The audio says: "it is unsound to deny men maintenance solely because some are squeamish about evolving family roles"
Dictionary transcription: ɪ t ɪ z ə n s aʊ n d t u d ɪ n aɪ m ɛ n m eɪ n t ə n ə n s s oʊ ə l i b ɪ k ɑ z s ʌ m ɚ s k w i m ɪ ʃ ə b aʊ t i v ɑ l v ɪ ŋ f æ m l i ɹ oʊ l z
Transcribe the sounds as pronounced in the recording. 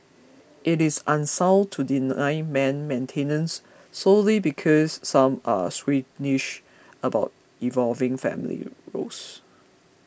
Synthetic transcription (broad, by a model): ɪ t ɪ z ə n s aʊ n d t u d ɪ n aɪ m ɛ n m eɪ n t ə n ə n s s oʊ l i b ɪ k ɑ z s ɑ m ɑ s w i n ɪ ʃ ə b aʊ t i v ɑ l v ɪ ŋ f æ m l i ɹ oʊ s